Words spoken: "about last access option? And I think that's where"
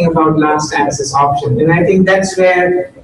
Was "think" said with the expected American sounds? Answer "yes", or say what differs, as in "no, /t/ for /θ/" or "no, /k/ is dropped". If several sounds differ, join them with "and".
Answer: no, /t/ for /θ/